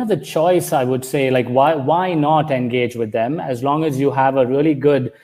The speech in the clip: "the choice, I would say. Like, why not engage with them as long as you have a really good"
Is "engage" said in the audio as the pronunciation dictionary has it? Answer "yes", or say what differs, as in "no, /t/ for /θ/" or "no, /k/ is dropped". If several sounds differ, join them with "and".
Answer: yes